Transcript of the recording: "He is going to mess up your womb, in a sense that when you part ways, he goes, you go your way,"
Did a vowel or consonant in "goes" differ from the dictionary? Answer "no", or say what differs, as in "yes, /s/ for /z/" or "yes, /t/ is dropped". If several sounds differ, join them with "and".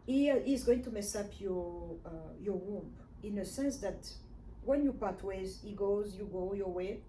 no